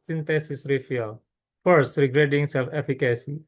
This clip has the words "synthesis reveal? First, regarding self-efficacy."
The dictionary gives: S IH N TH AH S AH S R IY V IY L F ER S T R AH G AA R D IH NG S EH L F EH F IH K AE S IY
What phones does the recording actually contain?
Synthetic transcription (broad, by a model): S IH N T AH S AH S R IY F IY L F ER S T R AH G R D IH NG S EH L F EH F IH K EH S IY